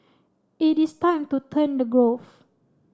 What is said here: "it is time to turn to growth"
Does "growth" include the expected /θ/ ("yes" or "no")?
no